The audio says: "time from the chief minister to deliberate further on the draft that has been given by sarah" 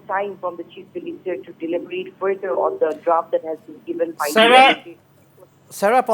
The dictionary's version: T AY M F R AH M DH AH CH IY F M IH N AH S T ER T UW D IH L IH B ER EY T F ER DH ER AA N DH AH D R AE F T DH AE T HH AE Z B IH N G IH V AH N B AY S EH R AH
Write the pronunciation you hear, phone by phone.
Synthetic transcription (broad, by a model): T AY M F R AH M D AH CH IY F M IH L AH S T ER T UW D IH L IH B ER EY T F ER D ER AA N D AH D R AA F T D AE T HH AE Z B IH N G IH V AH N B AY S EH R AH